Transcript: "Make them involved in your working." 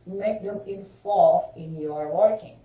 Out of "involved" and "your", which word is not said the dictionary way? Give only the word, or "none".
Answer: involved